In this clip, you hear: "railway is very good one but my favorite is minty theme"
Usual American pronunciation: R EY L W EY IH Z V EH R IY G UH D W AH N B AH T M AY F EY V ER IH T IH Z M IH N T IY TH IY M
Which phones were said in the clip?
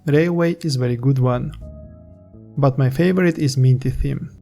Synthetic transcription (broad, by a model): R EY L W EY IH Z V EH R IY G UH D W AH N B AH T M AY F EY V ER IH T IH Z M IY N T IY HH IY M